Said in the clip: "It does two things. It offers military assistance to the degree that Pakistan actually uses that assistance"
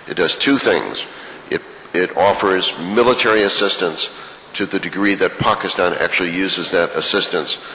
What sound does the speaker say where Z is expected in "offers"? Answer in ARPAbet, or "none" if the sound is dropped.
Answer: Z